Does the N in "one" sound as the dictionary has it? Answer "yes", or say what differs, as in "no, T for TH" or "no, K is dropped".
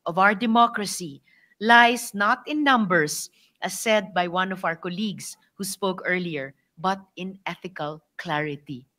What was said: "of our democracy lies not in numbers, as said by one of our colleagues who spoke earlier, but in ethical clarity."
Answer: yes